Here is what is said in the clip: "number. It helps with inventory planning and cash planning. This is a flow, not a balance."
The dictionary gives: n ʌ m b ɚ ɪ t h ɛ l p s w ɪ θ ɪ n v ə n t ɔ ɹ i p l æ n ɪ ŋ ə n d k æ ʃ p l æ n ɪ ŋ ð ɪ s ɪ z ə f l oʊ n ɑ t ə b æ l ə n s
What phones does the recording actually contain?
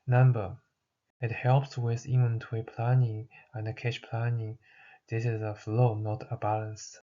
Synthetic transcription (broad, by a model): n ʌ m b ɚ ɪ t h ɛ l p s w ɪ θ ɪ v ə n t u i p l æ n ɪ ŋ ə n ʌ k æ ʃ p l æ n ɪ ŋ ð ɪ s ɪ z ə f l oʊ n ɑ t ə b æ l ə n s